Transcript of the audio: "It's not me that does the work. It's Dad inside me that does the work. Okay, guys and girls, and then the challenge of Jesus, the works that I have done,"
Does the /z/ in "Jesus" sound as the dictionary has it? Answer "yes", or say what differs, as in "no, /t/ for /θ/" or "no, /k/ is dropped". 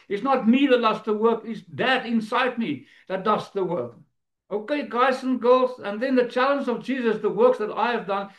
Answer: yes